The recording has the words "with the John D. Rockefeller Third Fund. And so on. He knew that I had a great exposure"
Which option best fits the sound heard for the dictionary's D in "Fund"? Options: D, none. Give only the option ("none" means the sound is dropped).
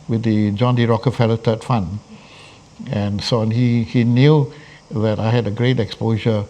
none